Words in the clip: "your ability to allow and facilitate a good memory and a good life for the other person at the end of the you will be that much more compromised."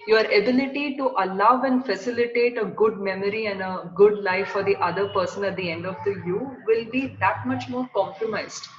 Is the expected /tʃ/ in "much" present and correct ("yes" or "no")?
yes